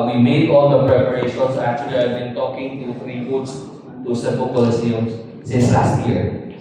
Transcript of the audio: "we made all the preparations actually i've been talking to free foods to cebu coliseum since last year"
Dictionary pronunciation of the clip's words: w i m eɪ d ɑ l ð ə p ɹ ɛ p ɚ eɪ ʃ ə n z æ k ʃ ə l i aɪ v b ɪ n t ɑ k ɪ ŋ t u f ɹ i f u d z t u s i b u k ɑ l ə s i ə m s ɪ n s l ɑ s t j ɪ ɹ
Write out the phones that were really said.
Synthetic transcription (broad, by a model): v i m eɪ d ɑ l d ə p ɹ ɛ p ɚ eɪ ʃ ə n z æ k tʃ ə l i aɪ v b ɪ n t ɑ k ɪ ŋ t u ɹ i p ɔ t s t u s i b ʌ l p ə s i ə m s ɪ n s l ɑ s t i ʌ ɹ